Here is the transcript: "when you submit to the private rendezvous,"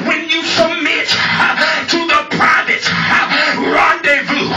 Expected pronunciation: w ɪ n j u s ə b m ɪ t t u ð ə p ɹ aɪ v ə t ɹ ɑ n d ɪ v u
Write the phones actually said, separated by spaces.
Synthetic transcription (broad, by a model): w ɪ n j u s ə m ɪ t t u ð ə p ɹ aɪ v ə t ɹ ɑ n d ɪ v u